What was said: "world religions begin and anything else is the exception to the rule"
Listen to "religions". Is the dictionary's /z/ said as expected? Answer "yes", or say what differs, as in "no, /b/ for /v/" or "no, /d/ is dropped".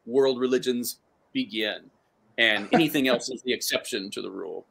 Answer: yes